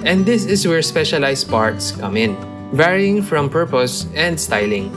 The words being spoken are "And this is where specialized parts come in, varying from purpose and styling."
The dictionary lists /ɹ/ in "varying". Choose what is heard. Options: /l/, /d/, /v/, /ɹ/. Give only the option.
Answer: /ɹ/